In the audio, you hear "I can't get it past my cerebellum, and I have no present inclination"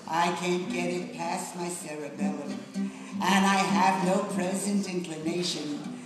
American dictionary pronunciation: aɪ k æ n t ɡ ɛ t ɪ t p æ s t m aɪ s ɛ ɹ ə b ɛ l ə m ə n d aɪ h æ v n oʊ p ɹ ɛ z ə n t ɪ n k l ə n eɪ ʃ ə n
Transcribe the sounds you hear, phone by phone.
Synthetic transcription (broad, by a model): aɪ k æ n ɡ ɛ t ɪ t p æ s m aɪ s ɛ ɹ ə b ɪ l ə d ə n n aɪ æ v n oʊ p ɹ ɛ z ə n t ɪ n k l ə n eɪ ʃ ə n